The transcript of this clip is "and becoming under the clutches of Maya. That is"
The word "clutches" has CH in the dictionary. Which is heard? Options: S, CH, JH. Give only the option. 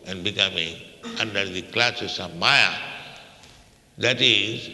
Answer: S